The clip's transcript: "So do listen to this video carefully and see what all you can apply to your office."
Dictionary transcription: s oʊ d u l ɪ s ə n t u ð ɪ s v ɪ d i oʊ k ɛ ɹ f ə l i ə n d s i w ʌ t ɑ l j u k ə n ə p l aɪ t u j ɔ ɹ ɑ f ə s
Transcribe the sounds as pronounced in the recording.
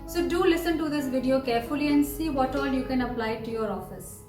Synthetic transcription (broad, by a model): s oʊ d u l ɪ s ə n t u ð ɪ s v ɪ d i oʊ k ɛ ɹ f ə l i ə n d s i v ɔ t ɑ l j u k ə n ə p l aɪ t u j ɔ ɹ ɑ f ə s